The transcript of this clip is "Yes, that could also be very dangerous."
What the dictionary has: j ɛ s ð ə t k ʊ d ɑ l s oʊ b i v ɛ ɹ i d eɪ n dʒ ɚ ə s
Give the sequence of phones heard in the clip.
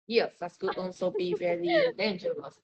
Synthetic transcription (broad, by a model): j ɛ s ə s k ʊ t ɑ n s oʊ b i v ɛ ɹ i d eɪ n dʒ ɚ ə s